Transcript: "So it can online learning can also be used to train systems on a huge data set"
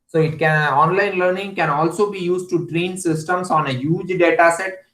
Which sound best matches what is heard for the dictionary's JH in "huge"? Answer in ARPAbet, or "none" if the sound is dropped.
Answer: JH